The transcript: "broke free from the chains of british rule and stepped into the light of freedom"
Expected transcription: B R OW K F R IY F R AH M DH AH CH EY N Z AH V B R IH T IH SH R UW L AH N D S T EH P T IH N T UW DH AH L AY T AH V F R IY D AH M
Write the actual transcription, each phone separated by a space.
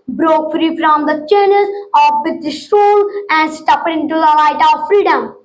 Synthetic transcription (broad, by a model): B R OW K F R IY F R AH M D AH CH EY N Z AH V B IH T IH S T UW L AH N D S T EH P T IH N T UW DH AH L AY T AH V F R IY D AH M